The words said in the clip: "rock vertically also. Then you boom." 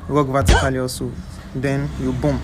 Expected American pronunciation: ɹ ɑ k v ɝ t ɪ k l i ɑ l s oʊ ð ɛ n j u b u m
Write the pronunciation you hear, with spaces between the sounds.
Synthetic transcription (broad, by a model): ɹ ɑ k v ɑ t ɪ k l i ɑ s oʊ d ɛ n j u b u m